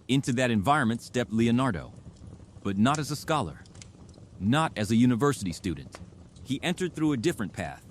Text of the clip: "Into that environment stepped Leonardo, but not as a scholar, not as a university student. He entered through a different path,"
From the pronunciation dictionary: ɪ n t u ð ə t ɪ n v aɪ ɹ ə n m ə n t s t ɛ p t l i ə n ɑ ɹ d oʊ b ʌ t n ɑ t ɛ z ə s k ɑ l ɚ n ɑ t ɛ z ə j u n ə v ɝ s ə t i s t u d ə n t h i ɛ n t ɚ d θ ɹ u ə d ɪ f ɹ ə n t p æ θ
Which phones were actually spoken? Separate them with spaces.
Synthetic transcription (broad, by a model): ɪ n t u ð ə t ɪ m v aɪ ɹ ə n m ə n t s t ɛ p t l i ə n ɑ ɹ d oʊ b ʌ t n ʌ t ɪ z ə s k ɑ l ɚ n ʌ t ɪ z ə j u n ə v ɝ s ə t i s t u d n t h i ɛ n t ɚ d θ ɹ u ə d ɪ f ɹ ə n p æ θ